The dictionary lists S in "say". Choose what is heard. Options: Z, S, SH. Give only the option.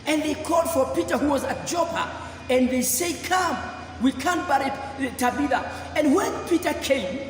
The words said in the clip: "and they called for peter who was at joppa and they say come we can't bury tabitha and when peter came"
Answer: S